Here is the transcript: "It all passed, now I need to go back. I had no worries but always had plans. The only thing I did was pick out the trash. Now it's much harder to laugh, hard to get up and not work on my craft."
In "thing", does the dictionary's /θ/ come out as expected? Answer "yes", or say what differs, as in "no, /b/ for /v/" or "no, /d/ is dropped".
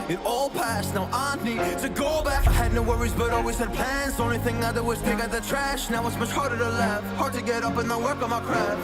yes